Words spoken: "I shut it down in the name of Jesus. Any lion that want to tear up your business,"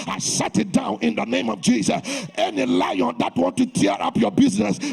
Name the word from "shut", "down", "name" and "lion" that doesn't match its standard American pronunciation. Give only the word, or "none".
shut